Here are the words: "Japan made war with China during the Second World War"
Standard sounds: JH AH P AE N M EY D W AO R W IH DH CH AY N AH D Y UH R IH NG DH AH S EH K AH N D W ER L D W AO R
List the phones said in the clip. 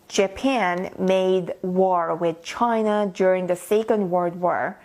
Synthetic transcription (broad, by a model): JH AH P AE N M EY D W AO R W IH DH CH AY N AH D Y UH R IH NG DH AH S EH K AH N D W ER D W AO R